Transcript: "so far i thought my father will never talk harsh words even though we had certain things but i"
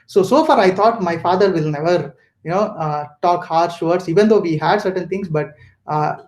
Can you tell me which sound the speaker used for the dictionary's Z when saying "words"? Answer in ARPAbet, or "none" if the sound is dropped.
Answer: S